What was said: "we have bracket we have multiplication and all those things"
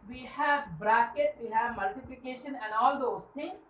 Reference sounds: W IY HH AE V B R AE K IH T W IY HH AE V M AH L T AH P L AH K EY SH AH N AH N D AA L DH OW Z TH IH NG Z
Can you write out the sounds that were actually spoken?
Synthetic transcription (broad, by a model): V IY HH AE V B R AE K IH T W IY HH AE V M AH L T AH P L AH K EY SH AH N AH N D AA L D OW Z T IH NG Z